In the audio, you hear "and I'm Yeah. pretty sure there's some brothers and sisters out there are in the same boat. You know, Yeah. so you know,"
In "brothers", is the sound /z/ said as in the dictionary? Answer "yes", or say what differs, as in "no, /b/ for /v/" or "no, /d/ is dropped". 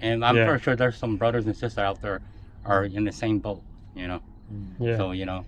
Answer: yes